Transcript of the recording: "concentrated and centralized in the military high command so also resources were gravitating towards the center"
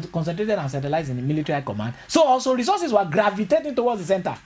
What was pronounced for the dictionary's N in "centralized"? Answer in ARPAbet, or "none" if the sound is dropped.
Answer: none